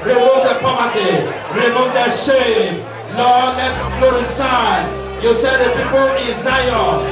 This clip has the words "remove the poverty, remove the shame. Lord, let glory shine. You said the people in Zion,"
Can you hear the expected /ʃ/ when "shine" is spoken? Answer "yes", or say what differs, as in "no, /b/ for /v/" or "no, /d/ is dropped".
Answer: no, /s/ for /ʃ/